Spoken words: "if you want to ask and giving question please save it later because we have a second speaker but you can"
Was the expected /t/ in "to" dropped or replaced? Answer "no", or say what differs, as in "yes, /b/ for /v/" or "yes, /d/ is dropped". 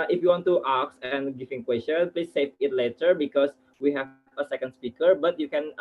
no